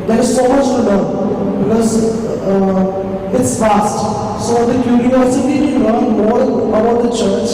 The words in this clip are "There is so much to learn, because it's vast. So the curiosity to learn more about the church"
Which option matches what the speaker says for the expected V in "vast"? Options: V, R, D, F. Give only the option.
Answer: F